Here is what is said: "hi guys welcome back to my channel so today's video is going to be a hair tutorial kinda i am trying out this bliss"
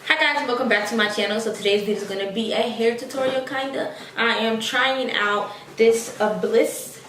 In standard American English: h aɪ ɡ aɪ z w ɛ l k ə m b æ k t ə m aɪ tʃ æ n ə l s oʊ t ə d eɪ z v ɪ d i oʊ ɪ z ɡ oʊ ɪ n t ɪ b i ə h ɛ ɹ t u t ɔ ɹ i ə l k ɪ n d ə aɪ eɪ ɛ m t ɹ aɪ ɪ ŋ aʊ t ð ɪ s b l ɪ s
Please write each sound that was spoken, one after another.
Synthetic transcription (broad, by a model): h aɪ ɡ aɪ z w ɛ l k ə m b æ k t ə m aɪ tʃ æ n l s oʊ t ə d eɪ z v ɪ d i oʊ ɪ z ɡ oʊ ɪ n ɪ b i ə h ɛ ɹ t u t ɔ ɹ i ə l k ɪ n d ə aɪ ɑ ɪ m t ɹ aɪ ɪ ŋ aʊ t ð ɪ s b l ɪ s